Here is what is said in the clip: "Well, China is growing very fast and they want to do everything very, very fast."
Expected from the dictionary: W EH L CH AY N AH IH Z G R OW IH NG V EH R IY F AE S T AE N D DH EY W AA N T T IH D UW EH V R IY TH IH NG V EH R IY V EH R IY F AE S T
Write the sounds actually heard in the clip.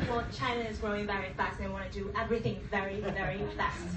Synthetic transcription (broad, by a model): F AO CH AY N AH IH Z G R OW IH NG V EH R IY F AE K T DH EY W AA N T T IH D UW EH V R IY TH IH NG V EH R IY V EH R IY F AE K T